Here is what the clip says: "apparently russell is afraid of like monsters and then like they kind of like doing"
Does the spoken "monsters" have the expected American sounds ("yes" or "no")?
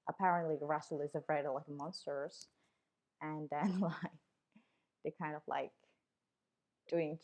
yes